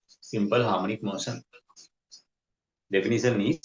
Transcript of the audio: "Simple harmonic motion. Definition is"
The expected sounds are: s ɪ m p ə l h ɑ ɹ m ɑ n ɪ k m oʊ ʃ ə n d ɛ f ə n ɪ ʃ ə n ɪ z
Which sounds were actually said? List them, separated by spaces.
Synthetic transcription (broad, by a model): s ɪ m p ə l h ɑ ɹ m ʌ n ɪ k m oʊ s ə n d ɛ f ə n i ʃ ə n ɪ